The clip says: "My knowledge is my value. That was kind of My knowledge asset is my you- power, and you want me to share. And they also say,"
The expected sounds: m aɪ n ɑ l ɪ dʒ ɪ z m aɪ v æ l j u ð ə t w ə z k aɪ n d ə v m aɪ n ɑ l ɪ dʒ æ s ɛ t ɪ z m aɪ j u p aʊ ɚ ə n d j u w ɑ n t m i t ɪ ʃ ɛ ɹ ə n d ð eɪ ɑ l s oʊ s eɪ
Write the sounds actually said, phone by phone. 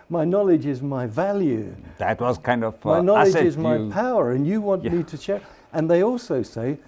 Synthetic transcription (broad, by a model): m aɪ n ɑ l ɪ dʒ ɪ z m aɪ v æ l j u ð ə t w ə z k aɪ n d ə v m aɪ n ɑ l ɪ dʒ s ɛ ɪ z m aɪ p aʊ ɚ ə n j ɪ w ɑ n m i t ɪ ʃ ɛ ɹ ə n ð eɪ ɑ l s oʊ s eɪ